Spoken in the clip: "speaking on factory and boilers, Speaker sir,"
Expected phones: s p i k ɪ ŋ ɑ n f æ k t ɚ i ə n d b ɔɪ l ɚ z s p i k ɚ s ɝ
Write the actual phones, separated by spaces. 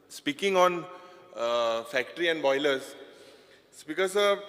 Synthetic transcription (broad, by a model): s p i k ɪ ŋ ɑ n f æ k t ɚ i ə n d b ɔɪ l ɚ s b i k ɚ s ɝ